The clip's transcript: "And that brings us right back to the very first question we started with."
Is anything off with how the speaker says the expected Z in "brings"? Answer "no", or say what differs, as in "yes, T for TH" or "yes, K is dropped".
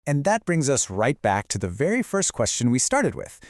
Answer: no